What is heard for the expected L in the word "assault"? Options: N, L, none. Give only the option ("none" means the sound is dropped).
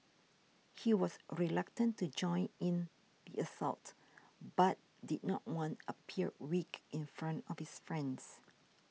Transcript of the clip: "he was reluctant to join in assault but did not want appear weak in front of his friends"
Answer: L